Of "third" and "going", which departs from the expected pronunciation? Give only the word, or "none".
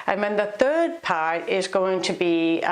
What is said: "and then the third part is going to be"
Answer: none